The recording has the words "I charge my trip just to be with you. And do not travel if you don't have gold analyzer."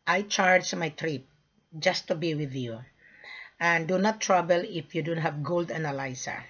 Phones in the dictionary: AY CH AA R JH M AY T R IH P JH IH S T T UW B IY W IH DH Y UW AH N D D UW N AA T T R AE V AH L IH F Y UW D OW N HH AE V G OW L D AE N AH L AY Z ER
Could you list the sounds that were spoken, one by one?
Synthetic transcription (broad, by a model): AY CH AA R JH M AY T R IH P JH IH S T T UW B IY W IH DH Y UW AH N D D UW N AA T T R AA B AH L IH F Y UW D OW N HH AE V G OW L D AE N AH L AY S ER